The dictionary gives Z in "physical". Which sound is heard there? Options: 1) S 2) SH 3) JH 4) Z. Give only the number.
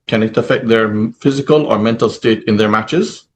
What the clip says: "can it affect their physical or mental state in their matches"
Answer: 4